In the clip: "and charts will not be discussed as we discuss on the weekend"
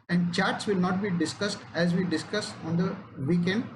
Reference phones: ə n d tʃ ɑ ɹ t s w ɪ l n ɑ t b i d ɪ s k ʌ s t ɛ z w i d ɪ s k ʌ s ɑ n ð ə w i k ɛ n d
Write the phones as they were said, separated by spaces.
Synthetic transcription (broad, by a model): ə n d tʃ ɑ ɹ t s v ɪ l n ɑ t b i d ɪ s k ʌ s t ɛ z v i d ɪ s k ʌ s ɑ n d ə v i k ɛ n d